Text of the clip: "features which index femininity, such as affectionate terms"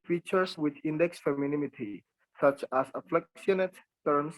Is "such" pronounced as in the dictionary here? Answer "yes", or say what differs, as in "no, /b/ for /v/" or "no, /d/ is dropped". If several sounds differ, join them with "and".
yes